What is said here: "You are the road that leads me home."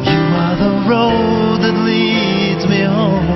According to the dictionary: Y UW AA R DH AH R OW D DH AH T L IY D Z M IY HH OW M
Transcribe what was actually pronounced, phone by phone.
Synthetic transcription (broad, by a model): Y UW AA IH DH AH R OW D DH AH T L IY D Z M IY HH OW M